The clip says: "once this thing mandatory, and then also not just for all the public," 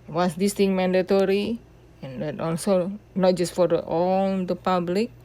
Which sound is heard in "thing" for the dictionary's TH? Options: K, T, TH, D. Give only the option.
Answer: T